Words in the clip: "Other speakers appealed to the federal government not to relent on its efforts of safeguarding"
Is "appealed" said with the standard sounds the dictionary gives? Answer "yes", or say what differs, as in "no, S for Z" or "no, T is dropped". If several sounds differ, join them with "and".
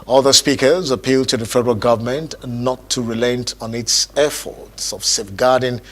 yes